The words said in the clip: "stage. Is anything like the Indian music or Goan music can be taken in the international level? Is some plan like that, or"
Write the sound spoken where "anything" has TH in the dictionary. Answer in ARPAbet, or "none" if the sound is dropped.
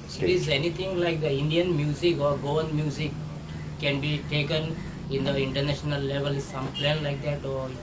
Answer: T